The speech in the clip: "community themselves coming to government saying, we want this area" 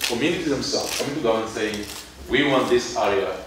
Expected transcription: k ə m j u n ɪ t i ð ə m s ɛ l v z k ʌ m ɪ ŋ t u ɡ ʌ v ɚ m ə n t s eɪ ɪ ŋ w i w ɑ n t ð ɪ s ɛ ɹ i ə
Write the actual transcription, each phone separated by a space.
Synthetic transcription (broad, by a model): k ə m j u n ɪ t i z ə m s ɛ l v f k ʌ m ɪ ŋ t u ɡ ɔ ʊ ə n s eɪ ɪ ŋ w i w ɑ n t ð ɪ s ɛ ɹ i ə